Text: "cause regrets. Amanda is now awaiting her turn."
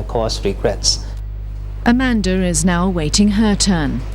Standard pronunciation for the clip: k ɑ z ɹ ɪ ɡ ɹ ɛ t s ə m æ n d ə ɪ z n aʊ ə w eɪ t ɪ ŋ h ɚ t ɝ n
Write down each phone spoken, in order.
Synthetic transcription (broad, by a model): k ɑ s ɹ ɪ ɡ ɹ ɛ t s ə m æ n d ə ɪ z n aʊ ə w eɪ t ɪ ŋ h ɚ t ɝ n